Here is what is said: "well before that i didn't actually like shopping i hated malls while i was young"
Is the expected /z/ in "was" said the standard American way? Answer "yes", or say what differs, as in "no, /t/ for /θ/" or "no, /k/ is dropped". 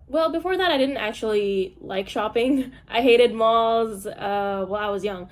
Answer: yes